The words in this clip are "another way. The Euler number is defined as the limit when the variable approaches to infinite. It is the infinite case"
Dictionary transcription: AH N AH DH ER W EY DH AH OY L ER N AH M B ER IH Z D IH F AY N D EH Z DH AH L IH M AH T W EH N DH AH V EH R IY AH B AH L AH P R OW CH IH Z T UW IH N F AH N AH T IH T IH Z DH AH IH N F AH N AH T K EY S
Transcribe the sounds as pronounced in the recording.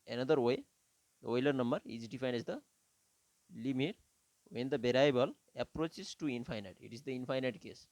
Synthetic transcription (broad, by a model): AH N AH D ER W EY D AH OY L ER N AH M B ER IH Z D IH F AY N IY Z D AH L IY M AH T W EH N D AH B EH R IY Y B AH L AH P R OW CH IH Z T UW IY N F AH N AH T IH T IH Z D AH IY N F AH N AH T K EY S